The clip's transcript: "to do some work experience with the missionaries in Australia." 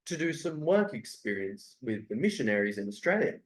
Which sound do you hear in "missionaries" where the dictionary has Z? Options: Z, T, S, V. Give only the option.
Z